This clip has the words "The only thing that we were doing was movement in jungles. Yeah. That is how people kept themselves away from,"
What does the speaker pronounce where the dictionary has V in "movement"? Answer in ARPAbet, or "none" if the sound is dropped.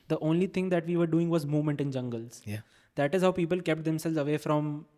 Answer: V